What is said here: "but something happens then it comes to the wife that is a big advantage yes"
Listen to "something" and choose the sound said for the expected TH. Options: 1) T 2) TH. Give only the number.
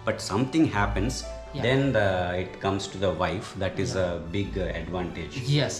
1